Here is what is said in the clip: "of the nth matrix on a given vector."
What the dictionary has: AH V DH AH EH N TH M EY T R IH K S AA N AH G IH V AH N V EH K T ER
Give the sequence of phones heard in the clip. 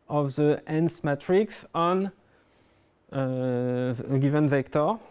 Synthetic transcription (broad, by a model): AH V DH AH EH N S M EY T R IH K S AA N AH G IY V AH N V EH K T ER